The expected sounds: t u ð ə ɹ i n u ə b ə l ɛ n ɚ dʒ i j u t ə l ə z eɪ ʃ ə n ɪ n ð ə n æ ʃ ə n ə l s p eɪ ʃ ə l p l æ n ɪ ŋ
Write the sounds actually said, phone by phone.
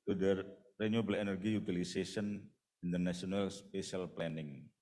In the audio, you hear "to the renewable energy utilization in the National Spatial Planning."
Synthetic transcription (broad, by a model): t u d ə ɹ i n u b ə l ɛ n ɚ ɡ i j u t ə l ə s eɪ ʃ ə n ɪ n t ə n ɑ s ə n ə l s p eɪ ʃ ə l p l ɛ n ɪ ŋ